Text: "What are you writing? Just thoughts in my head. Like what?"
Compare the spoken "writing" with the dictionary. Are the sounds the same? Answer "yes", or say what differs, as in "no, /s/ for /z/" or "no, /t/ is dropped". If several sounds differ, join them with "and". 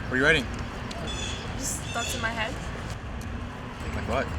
no, /w/ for /ɹ/